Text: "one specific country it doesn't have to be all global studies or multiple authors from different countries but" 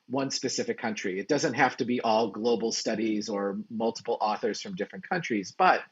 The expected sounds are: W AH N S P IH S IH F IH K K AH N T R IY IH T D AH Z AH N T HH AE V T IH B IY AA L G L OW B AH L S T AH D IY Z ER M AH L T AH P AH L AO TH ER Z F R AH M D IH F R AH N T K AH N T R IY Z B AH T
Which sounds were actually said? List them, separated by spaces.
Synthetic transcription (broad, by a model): W AH N S P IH S IH F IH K K AH N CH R IY IH T D AH Z AH N T HH AE F T IH B IY AA L G L OW B L S T AH D IY Z ER M AH L T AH P L AO TH ER Z F R AH M D IH F R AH N K AH N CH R IY Z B AH T